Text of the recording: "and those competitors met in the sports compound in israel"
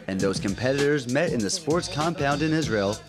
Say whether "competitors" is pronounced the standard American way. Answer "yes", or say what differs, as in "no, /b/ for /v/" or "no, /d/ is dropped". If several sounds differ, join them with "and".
yes